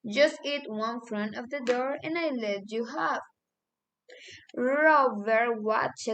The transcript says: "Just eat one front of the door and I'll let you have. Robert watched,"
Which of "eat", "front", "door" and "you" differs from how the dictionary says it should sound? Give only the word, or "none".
none